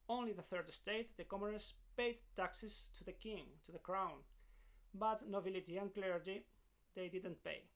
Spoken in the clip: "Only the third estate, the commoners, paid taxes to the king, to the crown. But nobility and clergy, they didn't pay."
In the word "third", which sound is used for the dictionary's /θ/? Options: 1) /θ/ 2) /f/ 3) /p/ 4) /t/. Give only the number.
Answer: 1